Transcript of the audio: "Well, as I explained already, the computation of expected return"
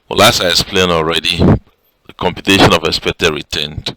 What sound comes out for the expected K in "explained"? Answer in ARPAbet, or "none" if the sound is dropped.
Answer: none